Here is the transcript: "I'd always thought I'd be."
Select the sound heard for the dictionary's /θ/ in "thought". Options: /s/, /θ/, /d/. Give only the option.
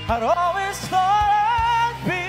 /s/